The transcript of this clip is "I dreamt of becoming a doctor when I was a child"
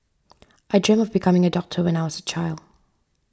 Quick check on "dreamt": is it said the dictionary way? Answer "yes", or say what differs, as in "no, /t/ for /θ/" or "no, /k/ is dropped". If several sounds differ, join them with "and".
no, /t/ is dropped